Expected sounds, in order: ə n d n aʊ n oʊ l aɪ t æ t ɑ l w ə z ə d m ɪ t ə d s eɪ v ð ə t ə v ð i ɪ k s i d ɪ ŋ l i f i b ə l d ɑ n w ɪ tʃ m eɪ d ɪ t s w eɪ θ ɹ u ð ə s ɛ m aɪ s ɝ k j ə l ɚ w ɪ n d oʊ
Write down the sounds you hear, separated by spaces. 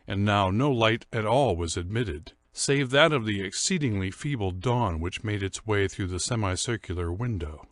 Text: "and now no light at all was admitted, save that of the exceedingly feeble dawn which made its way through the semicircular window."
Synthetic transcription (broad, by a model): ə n n aʊ n oʊ l aɪ t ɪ t ɑ l w ə z ə d m ɪ t ə d s eɪ v ð ə t ə v ð i ɪ k s i d ɪ ŋ l i f i b l d ɑ n w ɪ tʃ m eɪ d ɪ t s w eɪ θ ɹ u ð ə s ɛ m aɪ s ɝ k j l ɚ w ɪ n d oʊ